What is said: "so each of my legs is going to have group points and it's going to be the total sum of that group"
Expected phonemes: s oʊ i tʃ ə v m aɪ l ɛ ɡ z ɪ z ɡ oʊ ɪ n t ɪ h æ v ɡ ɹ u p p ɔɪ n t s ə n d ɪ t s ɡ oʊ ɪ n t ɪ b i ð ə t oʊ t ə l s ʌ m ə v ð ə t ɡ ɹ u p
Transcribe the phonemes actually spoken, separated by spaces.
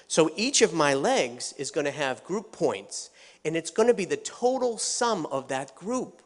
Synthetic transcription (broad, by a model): s oʊ i tʃ ə v m aɪ l ɛ ɡ z ɪ z ɡ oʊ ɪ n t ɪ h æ v ɡ ɹ u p p ɔɪ n t s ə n ɪ t s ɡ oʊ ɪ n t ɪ b i ð ə t oʊ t l s ʌ m ə v ð ə t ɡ ɹ u p